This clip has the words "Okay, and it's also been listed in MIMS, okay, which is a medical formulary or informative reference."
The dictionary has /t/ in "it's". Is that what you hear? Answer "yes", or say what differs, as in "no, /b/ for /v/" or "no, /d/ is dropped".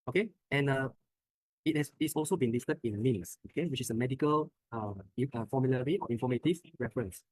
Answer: no, /s/ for /t/